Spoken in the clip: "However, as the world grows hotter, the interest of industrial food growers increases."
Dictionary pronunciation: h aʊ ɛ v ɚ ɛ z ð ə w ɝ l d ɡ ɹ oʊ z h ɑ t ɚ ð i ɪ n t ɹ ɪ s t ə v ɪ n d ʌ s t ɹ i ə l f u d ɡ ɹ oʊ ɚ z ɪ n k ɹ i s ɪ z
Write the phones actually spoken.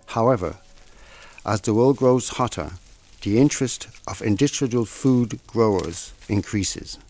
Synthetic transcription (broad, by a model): h aʊ ɛ v ɚ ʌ z ð ə w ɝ l d ɡ ɹ oʊ z h ɑ t ɚ ð i ɪ n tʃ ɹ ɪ s t ə v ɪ n d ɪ s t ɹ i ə l f u d ɡ ɹ oʊ ɚ z ɪ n k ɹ i s ɪ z